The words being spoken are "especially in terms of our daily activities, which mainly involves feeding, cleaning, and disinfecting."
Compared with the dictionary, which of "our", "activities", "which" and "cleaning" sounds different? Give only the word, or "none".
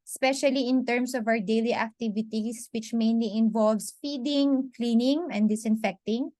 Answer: activities